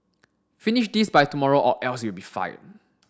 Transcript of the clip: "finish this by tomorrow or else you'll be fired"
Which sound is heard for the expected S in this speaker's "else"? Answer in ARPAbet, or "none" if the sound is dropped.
S